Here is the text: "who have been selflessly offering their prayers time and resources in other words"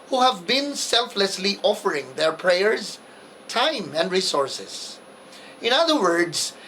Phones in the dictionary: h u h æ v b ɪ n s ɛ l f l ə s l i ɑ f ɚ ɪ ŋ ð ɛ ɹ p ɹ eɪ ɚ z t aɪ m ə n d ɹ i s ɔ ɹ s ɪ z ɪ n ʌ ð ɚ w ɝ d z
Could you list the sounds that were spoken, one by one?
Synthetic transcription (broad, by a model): h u h æ v b ɪ n s ɛ l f l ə s l i ɑ f ɚ ɪ ŋ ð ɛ ɹ p ɹ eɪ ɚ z t aɪ m ə n d ɹ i s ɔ ɹ s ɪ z ɪ n ʌ ð ɚ w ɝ d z